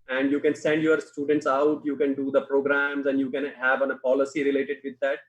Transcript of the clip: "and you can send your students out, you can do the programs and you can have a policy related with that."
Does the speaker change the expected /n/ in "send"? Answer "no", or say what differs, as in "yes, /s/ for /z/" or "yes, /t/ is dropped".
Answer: no